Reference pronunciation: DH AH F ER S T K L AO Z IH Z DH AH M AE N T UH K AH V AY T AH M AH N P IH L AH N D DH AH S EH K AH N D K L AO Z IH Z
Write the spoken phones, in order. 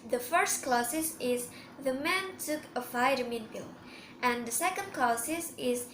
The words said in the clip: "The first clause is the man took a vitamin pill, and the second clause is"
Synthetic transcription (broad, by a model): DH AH F ER S T K L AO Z IH Z DH AH M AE N T UH K AH F AY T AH M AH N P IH L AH N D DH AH S EH K AH N D K L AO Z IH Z